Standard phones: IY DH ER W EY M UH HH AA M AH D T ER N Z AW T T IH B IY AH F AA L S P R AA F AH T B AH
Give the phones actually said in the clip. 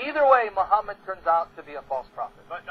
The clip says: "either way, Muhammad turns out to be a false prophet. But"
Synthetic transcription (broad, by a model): IY DH ER W EY M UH HH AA M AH D T ER N Z AW T T IH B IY AH F AA L S P R AA F AH T